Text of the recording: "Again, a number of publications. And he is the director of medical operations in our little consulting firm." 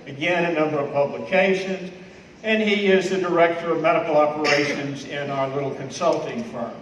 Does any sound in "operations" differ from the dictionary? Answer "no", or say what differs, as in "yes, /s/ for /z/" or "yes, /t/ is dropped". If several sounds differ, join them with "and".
no